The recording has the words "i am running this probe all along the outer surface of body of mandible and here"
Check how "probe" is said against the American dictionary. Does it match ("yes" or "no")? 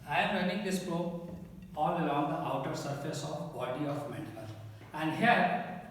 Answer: no